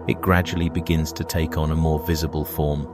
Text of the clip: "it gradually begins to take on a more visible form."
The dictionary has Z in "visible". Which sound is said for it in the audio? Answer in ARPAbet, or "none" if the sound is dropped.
Z